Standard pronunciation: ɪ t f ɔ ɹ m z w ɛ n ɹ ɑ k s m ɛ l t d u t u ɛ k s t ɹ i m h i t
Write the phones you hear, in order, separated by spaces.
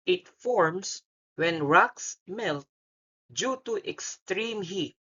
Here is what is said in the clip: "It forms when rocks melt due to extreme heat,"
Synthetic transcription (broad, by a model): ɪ t f ɔ ɹ m s w ɛ n ɹ ɑ k s m ɛ l t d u t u ɛ k s t ɹ i m h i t